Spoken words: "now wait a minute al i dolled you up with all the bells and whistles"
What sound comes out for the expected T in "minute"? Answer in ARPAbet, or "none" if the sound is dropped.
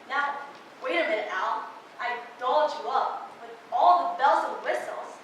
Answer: none